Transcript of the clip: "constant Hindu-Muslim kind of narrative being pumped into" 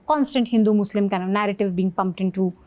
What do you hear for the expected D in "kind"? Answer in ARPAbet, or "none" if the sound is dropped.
none